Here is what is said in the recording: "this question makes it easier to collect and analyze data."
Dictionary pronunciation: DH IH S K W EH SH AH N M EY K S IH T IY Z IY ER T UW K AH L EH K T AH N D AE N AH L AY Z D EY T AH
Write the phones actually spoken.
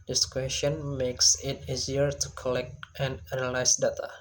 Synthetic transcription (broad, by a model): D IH S K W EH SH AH N M EY K S IH T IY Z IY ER T UW K AH L EH K T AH N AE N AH L AY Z D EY T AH